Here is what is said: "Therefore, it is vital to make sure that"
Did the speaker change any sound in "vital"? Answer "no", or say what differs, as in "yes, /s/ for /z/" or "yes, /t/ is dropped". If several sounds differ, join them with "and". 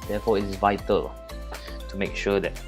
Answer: no